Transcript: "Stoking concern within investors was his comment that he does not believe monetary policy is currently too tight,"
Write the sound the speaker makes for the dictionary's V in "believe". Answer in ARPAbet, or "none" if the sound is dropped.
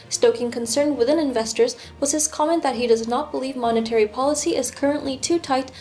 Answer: V